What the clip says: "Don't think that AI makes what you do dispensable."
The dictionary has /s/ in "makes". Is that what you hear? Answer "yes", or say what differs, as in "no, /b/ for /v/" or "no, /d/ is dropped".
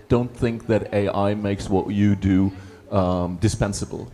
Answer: yes